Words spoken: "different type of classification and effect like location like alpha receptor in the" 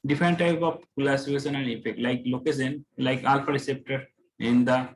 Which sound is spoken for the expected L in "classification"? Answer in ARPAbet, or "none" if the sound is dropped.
none